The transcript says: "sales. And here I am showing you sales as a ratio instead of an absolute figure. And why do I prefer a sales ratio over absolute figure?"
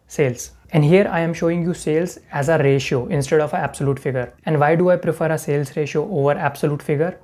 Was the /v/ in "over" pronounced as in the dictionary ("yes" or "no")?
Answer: yes